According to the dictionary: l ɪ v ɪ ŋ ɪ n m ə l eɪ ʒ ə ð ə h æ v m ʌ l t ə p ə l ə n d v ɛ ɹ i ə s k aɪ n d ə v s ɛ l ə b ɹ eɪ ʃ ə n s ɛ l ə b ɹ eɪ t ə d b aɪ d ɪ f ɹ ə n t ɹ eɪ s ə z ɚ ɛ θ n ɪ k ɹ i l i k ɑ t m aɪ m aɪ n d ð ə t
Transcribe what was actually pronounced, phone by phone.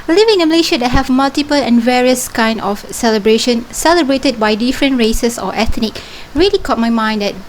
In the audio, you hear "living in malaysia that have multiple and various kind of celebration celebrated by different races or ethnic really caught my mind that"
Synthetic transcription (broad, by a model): l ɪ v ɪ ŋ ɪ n m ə l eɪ ʃ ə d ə h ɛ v m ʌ l t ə p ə l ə n v ɛ ɹ i ə s k aɪ n d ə f s ɛ l ə b ɹ eɪ ʃ ə n s ɛ l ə b ɹ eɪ t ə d b aɪ d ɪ f ɹ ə n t ɹ eɪ s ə s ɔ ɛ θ n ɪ k ɹ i l i k ɑ t m aɪ m aɪ n d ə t